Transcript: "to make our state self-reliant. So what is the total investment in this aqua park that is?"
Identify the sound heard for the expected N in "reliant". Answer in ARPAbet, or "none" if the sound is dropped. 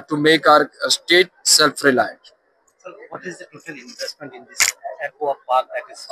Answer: none